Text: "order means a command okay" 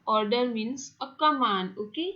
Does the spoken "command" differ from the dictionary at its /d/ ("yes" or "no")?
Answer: yes